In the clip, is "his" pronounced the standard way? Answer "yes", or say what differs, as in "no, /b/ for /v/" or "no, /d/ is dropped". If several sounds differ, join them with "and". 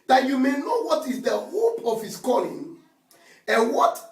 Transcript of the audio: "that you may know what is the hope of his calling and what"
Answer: no, /s/ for /z/